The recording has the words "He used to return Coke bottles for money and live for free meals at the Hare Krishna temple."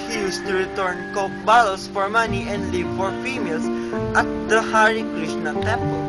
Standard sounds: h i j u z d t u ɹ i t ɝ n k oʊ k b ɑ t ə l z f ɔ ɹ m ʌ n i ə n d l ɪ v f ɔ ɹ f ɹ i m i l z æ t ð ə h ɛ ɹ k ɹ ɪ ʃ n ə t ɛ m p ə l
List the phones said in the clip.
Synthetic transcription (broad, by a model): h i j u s t u ɹ i t ɝ n k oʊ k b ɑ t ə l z f ɔ ɹ m ʌ n i ə n d l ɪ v f ɔ ɹ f i m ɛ l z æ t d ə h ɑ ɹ k ɹ ɪ ʃ n ə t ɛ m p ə